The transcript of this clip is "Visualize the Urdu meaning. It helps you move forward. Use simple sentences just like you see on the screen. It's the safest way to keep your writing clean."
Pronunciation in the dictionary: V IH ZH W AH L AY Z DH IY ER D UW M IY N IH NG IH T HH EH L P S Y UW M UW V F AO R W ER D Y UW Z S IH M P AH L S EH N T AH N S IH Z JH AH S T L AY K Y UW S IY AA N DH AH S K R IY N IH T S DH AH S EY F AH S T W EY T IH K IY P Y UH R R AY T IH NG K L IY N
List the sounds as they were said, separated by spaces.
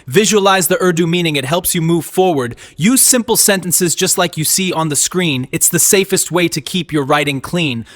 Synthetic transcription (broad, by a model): V IH ZH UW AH L AY Z DH IY ER D UW M IY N IH NG IH T HH EH L P S Y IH M UW V F AO R W ER D Y UW Z S IH M P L S EH N T AH N S IH Z JH AH S T L AY K Y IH S IY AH N DH AH S K R IY N IH T S DH AH S EY F AH S T W EY T IH K IY P Y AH R R AY T IH NG K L IY N